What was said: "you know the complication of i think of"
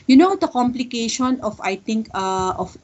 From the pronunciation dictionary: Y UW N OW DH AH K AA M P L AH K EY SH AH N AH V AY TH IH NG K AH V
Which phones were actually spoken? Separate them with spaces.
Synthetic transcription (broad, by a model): Y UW N OW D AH K AA M P L AH K EY SH AH N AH F AY T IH NG K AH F